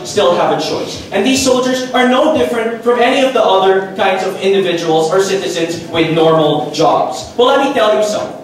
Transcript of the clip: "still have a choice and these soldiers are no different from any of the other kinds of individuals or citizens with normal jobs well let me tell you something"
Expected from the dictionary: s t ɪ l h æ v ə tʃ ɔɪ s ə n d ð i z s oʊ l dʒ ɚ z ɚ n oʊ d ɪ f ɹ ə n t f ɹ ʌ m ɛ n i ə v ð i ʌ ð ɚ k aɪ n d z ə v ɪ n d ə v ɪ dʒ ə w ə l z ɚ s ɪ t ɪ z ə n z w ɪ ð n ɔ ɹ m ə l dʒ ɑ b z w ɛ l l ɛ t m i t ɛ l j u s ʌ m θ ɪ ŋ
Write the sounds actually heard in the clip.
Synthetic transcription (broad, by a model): s t ɪ l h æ v ə tʃ ɔɪ s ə n ð i z s oʊ l dʒ ɚ z ɚ n oʊ d ɪ f ɹ ə n t f ɹ ʌ m ɛ n i ə v ð i ʌ ð ɚ k aɪ n d z ə v ɪ n d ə v ɪ dʒ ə w l z ɚ s ɪ t ɪ z ə n z w ɪ ð n ɔ ɹ m l dʒ ɑ b z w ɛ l l ɛ t m i t ɛ l j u s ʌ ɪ